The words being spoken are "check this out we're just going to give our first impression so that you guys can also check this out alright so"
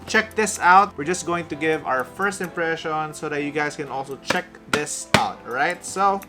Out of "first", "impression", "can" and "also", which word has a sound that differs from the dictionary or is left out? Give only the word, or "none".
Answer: none